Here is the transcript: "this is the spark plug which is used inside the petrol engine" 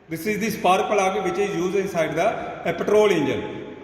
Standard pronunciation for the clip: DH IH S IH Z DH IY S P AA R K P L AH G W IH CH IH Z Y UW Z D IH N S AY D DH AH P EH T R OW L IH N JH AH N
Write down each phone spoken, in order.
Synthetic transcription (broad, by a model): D IH S IH Z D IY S P AA R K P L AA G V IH CH IH Z Y UW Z IH N S AY D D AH P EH T R OW L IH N JH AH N